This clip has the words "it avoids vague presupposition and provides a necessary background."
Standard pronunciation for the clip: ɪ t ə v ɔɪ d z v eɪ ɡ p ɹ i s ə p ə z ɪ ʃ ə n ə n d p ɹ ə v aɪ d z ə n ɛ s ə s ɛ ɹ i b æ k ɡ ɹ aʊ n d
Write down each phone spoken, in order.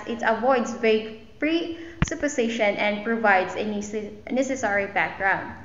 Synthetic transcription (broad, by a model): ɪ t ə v ɔɪ d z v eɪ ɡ p ɹ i s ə p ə s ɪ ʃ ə n ə n d p ɹ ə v aɪ d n ə n ɛ s ə s ɛ ɹ i b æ k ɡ ɹ aʊ n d